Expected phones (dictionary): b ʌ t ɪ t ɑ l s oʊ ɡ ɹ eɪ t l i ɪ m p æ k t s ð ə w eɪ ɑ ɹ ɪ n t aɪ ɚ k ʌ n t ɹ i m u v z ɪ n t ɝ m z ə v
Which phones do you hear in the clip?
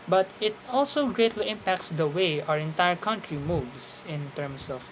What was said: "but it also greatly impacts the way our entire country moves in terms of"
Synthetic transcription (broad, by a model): b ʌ t ɪ t ɑ l s oʊ ɡ ɹ eɪ t l i ɪ m p æ k t s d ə w eɪ ɑ ɹ ɪ n t aɪ ɚ k ʌ n t ɹ i m u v s ɪ n t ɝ m s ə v